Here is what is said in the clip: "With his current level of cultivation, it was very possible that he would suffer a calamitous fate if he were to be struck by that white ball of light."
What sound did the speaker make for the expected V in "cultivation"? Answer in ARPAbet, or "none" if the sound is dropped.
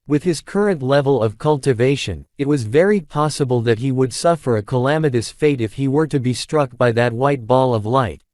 V